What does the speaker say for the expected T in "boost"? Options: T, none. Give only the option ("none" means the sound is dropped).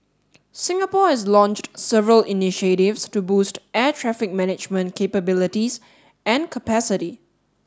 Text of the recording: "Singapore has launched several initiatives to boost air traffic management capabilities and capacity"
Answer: T